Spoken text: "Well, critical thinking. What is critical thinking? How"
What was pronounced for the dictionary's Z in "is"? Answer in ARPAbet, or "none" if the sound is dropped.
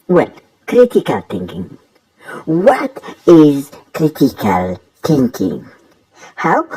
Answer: Z